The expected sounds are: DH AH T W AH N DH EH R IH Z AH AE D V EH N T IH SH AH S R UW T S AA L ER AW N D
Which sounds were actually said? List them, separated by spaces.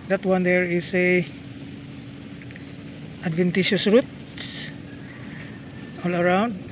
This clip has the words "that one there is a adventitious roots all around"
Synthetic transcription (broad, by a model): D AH T W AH N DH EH R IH S AH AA D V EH N T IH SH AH S R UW T AA L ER AW N D